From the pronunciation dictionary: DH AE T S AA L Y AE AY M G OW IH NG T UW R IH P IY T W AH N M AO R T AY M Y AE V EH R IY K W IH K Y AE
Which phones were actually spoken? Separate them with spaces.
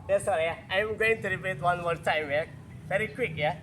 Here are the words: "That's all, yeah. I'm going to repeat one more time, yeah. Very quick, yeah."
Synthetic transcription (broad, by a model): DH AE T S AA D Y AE AY M G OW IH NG T UW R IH B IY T W AH N M AO R T AY M Y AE V EH R IY K W IH K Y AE